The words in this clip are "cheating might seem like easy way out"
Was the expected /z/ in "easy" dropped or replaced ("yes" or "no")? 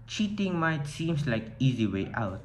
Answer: no